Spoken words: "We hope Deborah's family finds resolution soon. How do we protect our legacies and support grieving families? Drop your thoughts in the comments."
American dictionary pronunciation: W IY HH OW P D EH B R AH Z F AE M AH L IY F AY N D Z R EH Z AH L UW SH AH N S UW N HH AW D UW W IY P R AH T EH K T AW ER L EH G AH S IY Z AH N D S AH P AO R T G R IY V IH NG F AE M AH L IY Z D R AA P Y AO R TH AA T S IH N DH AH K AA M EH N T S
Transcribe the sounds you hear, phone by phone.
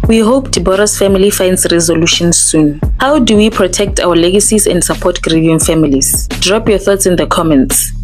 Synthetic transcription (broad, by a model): W IY HH OW P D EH B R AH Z F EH M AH L IY F AY N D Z R EH Z AH L UW SH AH N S UW N HH AW D UW W IY P R AH T EH K T AW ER L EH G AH S IY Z AH N D S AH P AO T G R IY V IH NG F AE M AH L IY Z D R AA P Y AO TH AA T S IH N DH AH K AA M EH N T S